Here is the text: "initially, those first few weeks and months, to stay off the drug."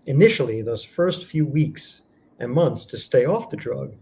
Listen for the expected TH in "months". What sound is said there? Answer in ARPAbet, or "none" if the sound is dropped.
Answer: TH